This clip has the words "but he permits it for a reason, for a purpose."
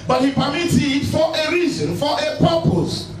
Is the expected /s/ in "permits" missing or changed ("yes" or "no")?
yes